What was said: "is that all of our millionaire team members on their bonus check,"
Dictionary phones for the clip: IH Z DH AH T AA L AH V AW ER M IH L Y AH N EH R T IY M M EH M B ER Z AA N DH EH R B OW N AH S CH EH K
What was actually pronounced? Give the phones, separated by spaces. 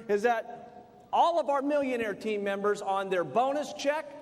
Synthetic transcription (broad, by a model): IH Z DH AH T AA L AH V AW ER M IH L Y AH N EH R T IY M M EH M B ER Z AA N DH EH R B OW N AH S CH EH K